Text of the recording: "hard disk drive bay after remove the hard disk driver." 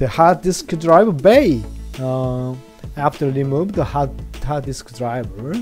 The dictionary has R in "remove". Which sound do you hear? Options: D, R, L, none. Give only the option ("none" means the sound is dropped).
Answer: L